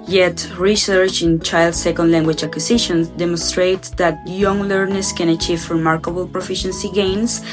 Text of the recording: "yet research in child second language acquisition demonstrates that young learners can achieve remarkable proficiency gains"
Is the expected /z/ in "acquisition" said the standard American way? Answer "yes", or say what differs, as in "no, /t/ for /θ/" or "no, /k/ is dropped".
no, /s/ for /z/